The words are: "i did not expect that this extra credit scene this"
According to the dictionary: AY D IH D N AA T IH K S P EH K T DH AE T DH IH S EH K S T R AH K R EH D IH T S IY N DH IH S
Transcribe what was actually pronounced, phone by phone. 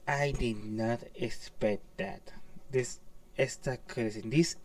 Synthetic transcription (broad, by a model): AY D IH D N AA T IH K S P EH K T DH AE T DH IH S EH S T AH K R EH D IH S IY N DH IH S